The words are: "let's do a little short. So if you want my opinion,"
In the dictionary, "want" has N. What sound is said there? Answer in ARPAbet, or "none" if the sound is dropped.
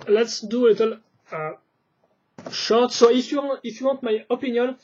none